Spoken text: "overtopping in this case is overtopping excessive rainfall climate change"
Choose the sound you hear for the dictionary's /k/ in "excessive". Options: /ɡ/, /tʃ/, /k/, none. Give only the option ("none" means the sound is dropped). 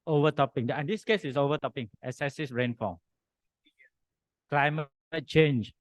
none